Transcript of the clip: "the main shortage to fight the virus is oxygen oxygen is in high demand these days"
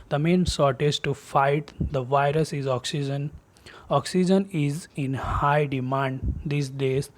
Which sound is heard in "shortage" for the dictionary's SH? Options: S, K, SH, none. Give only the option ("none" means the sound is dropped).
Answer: S